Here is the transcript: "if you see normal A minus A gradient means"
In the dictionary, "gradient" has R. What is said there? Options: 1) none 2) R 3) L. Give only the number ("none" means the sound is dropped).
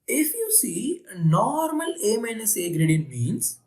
2